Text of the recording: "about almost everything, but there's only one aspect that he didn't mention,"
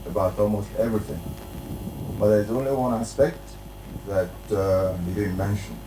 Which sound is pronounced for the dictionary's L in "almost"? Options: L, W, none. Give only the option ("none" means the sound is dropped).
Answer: L